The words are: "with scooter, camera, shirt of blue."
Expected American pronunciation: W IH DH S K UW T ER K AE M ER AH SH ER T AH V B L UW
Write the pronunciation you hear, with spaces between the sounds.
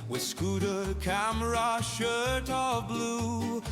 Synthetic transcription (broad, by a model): W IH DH S K UW T ER K AE M ER AH SH ER T AH V B L UW